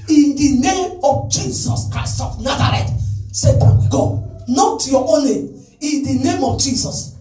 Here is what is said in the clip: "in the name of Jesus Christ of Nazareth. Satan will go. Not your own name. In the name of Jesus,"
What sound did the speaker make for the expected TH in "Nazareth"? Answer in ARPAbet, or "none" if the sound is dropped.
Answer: T